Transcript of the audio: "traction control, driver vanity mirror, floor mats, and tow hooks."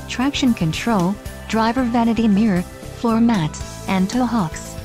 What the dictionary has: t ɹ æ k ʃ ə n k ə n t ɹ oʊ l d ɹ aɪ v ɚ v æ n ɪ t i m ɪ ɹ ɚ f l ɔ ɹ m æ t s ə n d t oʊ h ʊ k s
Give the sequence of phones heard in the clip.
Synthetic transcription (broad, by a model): t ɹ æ k ʃ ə n k ə n t ɹ oʊ l d ɹ aɪ v ɚ v æ n ɪ t i m ɪ ɹ ɚ f l ɔ ɹ m æ t s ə n t oʊ h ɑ k s